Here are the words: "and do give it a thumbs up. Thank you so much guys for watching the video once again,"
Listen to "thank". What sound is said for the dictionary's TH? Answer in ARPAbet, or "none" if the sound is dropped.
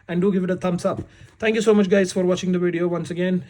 T